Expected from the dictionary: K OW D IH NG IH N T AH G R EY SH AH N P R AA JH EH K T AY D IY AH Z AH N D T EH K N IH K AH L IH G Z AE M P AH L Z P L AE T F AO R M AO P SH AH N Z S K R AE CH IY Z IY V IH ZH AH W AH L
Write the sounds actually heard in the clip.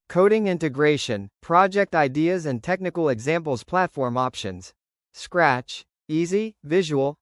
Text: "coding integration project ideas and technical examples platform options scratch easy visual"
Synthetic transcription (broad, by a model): K OW D IH NG IH N T AH G R EY SH AH N P R AA JH EH K T AY D IY AH Z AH N T EH K N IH K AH L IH G Z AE M P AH L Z P L AE T F AO R M AO P SH AH N Z S K R AE CH IY Z IY V IH ZH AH W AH L